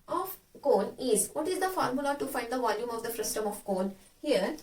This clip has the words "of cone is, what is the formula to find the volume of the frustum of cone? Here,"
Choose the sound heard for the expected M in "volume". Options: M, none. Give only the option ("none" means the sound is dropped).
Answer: M